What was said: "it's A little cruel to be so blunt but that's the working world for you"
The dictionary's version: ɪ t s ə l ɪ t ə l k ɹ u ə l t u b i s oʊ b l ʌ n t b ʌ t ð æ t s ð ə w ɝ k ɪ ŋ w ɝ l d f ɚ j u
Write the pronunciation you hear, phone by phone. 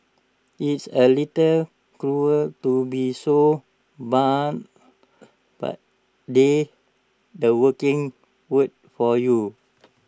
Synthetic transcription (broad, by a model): ɪ t s ə l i t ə l k ɹ u ə l t u b i s oʊ b ɑ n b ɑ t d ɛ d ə w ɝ k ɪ ŋ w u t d f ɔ j u